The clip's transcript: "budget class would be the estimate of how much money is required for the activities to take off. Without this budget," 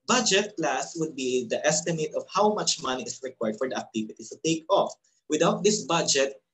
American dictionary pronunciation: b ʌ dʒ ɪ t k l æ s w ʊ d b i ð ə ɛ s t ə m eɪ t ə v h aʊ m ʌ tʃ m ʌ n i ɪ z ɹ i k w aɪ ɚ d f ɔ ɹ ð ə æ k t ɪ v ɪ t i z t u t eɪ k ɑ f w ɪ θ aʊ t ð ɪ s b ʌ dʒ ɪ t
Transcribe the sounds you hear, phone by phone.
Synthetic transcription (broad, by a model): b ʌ dʒ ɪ t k l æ s w ʊ d b i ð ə ɛ s t ə m eɪ t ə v h aʊ m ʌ tʃ m ʌ n i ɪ s ɹ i k w aɪ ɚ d f ɔ ɹ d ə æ k t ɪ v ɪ t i t u t eɪ k ɑ f w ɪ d aʊ t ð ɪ s b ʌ dʒ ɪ t